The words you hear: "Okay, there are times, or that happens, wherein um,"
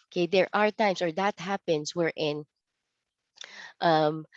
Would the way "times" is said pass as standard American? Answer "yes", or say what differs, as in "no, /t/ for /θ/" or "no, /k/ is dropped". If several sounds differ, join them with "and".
no, /s/ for /z/